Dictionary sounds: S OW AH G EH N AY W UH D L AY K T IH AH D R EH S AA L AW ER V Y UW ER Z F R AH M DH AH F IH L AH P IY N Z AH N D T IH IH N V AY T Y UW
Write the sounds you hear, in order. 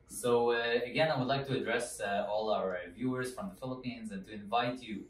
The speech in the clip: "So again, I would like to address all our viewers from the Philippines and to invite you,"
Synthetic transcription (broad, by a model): S OW AH G EH N AY W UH D L AY K T IH AH D R EH S AA L AW ER V Y UW ER Z F R AH M DH AH F IH L AH P IY N Z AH N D T IH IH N V AY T Y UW